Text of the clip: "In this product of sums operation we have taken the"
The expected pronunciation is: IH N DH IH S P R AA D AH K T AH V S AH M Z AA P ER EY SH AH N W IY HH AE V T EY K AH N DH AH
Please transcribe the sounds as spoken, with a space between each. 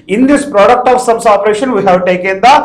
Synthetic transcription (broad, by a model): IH N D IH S P R AA D AH K T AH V S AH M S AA P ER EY SH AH N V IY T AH W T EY K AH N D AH